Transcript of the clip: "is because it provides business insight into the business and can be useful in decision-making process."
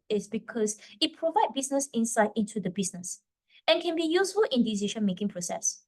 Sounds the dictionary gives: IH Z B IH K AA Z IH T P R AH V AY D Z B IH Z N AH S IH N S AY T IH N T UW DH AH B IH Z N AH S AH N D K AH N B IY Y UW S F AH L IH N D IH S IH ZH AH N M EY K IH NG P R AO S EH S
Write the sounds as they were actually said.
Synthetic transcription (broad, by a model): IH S B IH K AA S IH T P R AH V AY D B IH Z N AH S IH N S AY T IH N T UW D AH B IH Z N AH S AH N K AH N B IY Y UW S F AH L IH N D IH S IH SH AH N M EY K IH NG P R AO S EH S